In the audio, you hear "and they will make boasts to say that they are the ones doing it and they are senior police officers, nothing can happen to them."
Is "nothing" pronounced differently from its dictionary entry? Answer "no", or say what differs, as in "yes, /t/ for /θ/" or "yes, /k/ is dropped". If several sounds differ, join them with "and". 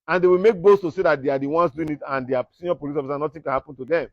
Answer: yes, /t/ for /θ/